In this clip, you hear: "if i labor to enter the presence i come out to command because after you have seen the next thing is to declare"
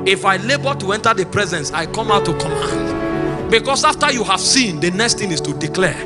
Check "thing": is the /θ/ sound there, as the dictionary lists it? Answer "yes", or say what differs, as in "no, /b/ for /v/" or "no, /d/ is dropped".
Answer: no, /t/ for /θ/